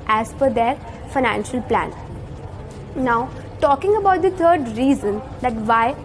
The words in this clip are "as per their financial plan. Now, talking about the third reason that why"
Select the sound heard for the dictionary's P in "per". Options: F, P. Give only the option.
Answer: F